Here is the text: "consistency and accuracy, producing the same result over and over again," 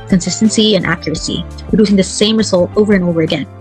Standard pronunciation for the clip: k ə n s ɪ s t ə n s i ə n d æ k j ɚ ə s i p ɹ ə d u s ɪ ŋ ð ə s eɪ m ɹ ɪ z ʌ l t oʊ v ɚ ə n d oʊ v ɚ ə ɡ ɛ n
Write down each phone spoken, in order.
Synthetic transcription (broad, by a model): k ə n s ɪ s t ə n s i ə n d æ k j ɚ ə s i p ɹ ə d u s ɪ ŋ ð ə s eɪ m ɹ ɪ z ʌ l t oʊ v ɚ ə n oʊ v ɚ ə ɡ ɛ n